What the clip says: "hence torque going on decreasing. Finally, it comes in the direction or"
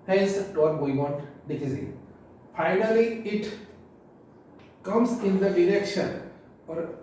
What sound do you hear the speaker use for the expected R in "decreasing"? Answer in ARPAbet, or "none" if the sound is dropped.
none